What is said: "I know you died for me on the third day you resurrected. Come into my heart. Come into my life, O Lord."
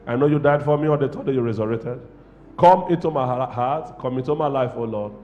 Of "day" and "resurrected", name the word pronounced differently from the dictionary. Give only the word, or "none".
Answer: resurrected